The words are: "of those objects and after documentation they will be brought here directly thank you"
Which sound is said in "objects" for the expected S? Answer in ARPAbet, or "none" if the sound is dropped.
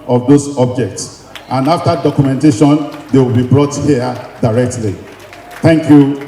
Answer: S